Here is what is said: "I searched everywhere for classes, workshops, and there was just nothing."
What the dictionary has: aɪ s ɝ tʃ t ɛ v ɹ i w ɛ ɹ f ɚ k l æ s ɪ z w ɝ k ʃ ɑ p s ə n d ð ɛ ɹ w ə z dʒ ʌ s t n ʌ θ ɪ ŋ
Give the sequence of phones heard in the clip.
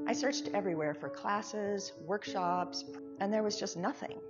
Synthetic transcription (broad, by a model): aɪ s ɝ tʃ t ɛ v ɹ i w ɛ ɹ f ɚ k l æ s ɪ z w ɝ k ʃ ɑ p s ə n ð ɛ ɹ w ə z dʒ ʌ s t n ʌ θ ɪ ŋ